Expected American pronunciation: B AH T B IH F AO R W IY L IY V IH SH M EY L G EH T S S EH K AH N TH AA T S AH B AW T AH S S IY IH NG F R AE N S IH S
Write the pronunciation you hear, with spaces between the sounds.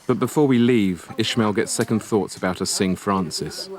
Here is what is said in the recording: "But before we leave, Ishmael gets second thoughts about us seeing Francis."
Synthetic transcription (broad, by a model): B AH T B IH F AO W IY L IY V IH SH M EY L G EH T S S EH K AH N TH AA T S AH B AW T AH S S IH NG F R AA N S IH S